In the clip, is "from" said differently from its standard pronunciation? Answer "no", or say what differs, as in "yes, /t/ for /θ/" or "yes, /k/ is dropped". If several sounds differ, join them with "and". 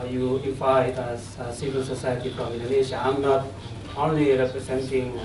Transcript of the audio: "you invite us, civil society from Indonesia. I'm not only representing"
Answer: yes, /p/ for /f/